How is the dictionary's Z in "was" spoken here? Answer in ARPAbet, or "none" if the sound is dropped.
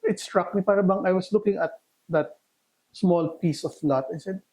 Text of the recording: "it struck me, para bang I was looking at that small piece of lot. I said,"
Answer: S